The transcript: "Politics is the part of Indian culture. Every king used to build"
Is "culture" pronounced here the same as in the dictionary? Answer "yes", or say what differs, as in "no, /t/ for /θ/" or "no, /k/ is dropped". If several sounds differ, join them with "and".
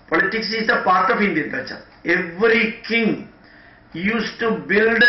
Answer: no, /l/ is dropped